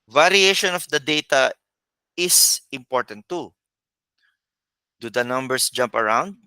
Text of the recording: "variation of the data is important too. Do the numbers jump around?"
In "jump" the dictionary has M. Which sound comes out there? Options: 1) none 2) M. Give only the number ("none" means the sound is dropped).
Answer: 2